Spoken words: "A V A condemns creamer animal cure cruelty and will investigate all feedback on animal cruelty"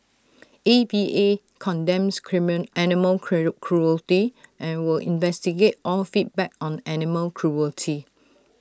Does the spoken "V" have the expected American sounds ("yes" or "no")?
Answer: no